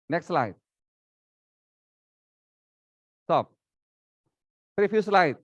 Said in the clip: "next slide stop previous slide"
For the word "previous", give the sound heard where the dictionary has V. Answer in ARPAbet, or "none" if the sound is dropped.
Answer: P